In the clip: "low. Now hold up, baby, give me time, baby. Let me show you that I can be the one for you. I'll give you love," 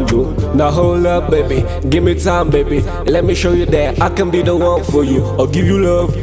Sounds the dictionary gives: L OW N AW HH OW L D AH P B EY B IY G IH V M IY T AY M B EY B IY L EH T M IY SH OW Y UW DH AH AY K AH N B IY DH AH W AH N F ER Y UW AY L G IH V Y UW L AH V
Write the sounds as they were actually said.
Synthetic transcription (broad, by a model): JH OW N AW HH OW L AH B EY B IY G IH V M IY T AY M B EY B IY L EH T M IY SH OW Y UW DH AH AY K AH N B IY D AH W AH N F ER Y UW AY G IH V Y UW L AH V